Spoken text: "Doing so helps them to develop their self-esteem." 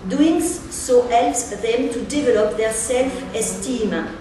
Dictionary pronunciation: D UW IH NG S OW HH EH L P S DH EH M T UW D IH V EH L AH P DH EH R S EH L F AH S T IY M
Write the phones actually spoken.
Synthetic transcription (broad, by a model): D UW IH NG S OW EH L S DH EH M T UW D IH V EH L AH P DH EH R S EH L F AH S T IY M